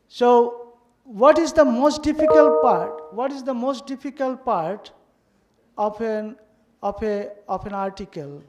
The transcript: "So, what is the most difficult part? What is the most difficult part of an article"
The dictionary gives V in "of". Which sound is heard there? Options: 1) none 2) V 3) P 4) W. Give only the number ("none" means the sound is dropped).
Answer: 3